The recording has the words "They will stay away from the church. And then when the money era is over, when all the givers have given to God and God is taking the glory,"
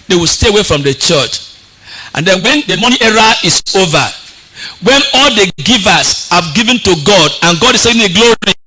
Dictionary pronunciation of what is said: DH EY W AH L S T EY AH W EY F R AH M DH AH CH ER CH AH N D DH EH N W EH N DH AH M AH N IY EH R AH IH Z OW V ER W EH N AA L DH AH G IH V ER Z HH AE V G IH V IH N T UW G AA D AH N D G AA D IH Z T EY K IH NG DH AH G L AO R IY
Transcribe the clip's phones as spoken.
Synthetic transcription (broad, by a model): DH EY W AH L S T EY AH W EY F R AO M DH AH CH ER CH AH N D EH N W EH N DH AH M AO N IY EH R AH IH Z OW V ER W EH N AA L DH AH G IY V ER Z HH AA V G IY V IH N T UW G AA D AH N G AA D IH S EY IH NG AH G L AO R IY